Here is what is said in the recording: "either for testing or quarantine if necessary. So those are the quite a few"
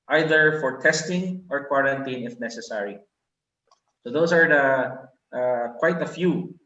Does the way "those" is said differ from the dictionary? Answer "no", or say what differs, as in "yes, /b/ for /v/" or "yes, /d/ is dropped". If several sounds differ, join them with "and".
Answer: yes, /s/ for /z/